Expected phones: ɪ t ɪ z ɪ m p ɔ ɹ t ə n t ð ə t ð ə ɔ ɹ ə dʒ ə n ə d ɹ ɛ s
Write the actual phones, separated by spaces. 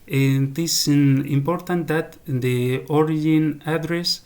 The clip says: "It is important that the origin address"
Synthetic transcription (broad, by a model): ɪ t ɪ s ɪ m p ɔ ɹ t ə n t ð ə t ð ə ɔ ɹ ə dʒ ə n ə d ɹ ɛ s